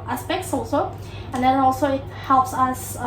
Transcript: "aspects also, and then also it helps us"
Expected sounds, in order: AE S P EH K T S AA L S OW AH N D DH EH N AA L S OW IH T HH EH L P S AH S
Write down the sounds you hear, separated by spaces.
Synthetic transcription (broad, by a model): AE S P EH K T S AA L S OW AH N D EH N AA L S OW IH T HH EH L P S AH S